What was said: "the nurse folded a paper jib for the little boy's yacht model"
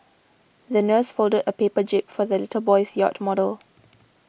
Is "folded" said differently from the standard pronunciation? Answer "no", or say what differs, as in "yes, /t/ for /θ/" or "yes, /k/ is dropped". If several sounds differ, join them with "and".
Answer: no